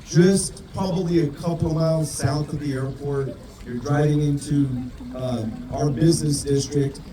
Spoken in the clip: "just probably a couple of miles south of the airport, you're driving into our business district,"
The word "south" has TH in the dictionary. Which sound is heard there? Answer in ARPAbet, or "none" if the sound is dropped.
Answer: TH